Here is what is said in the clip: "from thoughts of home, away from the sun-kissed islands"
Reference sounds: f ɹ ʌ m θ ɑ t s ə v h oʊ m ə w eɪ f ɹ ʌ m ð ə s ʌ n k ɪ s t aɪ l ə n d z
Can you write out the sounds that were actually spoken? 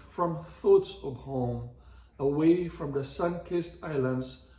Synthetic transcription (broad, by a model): f ɹ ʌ m θ ɑ t s ə v h oʊ m ə w eɪ f ɹ ʌ m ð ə s ʌ n k ɪ s t aɪ l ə n d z